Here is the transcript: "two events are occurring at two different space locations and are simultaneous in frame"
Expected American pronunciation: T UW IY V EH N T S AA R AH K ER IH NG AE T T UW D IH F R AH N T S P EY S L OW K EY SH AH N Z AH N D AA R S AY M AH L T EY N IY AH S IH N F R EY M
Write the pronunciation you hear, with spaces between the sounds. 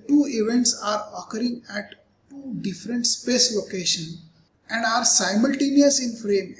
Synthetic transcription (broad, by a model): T UW IY V EH N T S AA R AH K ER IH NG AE T T UW D IH F R AH N T S P EY S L OW K EY SH AH N AH N D AA R S AY M AH L T EY N IY AH S IH N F R EY M